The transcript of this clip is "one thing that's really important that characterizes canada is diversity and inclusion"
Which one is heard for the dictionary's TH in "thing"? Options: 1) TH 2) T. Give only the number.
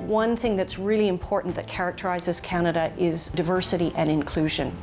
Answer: 1